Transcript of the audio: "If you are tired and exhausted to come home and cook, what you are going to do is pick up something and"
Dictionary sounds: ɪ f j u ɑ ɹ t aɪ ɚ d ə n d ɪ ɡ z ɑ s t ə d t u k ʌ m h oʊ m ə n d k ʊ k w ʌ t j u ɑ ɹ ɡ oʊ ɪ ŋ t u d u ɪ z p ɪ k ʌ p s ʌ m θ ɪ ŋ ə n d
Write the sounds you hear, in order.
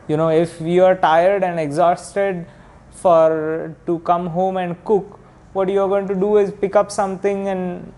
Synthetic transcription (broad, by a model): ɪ f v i ɑ ɹ t aɪ ɚ d ə n d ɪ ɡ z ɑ s t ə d t u k ʌ m h oʊ m ə n d k ʊ k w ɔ t j u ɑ ɹ ɡ oʊ ɪ ŋ t u d u ɪ z p ɪ k ʌ p s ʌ m t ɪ ŋ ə n d